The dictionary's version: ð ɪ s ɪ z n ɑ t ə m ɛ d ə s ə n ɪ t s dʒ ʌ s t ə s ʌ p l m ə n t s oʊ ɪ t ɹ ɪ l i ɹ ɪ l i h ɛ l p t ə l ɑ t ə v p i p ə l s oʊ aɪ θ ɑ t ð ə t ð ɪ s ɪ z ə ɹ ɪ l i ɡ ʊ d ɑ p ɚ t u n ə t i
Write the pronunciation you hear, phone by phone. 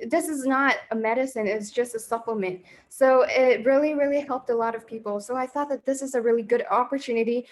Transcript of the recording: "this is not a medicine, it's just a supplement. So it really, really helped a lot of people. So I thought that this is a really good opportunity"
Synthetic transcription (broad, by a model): ð ɪ s ɪ z n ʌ t ə m ɛ d ə s ə n ɪ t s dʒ ʌ s t ə s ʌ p l m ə n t s oʊ ɪ t ɹ ɪ l i ɹ ɪ l i h ɛ l p t ə l ɑ t ə v p i p l s oʊ aɪ θ ɑ t ð ə t ð ɪ s ɪ z ə ɹ ɪ l i ɡ ʊ d ɑ p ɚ t u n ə t i